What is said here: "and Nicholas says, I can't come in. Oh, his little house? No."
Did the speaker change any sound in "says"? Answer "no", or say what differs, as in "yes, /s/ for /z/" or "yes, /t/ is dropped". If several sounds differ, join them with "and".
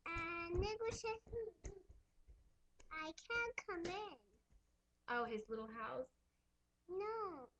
yes, /z/ is dropped